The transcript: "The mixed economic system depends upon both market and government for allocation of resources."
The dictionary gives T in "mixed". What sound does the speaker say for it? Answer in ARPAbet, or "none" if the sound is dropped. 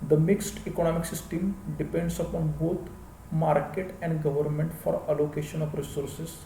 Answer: T